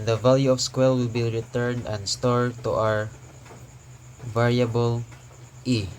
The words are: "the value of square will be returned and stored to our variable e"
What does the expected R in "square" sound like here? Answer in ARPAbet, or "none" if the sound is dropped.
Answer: L